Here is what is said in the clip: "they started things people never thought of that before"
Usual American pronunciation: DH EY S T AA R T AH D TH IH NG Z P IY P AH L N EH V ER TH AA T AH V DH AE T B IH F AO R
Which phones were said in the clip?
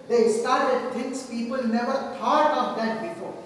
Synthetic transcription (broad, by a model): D EY S T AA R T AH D T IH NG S P IY P AH L N EH V ER T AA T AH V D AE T B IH F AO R